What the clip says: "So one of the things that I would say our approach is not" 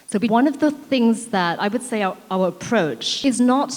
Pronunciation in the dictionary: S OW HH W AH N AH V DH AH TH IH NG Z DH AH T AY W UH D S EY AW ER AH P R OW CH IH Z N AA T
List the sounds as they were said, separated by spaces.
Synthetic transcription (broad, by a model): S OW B W AH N AH V DH AH TH IH NG Z DH AH T AY W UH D S EY AW ER AH P R OW CH IH Z N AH T